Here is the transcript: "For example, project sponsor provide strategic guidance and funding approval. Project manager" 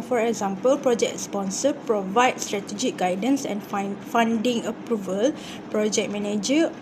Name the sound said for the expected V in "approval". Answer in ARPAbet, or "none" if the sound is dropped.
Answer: V